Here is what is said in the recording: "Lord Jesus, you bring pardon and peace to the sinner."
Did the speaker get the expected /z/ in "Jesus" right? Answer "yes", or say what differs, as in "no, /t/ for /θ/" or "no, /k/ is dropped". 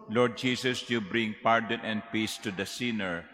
no, /s/ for /z/